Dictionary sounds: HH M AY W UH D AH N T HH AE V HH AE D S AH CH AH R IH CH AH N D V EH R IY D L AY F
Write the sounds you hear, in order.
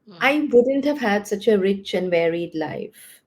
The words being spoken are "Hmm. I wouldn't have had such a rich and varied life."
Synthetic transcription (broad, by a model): AY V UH D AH N T HH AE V HH AE D S AH CH AH R IH CH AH N V EH R IY D L AY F